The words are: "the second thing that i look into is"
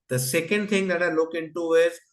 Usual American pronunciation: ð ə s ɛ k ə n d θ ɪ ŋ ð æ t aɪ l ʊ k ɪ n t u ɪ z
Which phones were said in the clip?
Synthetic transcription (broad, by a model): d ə s ɛ k ə n d t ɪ ŋ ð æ t aɪ l ʊ k ɪ n t u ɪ z